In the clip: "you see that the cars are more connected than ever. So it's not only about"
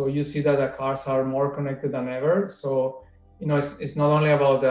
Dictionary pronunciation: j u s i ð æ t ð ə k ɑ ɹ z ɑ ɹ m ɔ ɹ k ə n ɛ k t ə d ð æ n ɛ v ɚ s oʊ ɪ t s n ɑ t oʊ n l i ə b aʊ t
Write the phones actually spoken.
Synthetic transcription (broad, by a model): j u s i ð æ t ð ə k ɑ ɹ s ɑ ɹ m ɔ ɹ k ə n ɛ k t ə d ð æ n ɛ v ɚ s oʊ ɪ t s n ɑ t oʊ n l i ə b aʊ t